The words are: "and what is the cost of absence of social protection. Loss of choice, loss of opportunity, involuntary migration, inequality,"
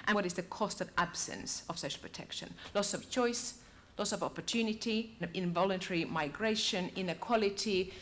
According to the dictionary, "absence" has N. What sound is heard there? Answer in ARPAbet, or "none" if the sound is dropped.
N